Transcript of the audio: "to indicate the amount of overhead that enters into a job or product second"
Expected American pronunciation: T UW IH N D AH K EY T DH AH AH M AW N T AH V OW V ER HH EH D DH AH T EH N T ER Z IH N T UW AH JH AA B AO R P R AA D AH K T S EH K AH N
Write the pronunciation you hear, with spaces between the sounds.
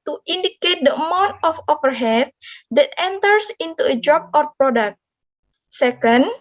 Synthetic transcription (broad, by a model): T UW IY N D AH K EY T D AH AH M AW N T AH F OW P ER HH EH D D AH T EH N T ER S IH N T UW AH JH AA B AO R P R AA D AH K T S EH K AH N